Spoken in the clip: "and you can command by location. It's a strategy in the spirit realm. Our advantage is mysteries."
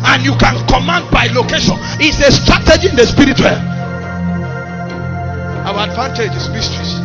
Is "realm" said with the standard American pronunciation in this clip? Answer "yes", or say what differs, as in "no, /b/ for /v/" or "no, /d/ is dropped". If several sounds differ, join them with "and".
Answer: no, /w/ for /ɹ/ and /m/ is dropped